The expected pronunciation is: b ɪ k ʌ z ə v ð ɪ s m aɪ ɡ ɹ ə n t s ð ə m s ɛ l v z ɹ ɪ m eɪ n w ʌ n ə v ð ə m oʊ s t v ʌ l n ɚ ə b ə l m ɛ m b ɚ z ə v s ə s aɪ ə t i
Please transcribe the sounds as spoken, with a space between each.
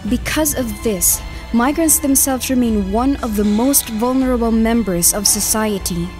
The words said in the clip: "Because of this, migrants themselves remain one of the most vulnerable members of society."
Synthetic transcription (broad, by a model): b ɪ k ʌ z ə v ð ɪ s m aɪ ɡ ɹ ə n t s ð ə m s ɛ l v z ɹ ɪ m eɪ n w ʌ n ə v ð ə m oʊ s t v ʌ l n ɚ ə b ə l m ɛ m b ɚ z ə v s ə s aɪ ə t i